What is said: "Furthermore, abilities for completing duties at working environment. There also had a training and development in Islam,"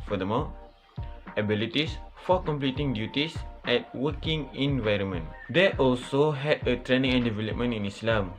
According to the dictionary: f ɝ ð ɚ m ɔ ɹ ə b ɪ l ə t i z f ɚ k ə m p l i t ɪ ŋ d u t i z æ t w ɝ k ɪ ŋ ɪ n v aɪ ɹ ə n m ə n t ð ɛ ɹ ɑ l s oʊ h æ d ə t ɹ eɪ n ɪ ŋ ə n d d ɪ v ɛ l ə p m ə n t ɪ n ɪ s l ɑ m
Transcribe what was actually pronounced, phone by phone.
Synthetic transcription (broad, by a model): f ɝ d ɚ m ɔ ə b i l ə t i s f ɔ k ə m p l i t ɪ ŋ d u t i s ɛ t w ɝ k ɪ ŋ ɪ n v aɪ ɹ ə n m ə n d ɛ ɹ ɑ l s oʊ h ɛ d ə t ɹ eɪ n ɪ ŋ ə n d d ɪ v ɛ l ə p m ə n t ɪ n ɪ s l ɑ m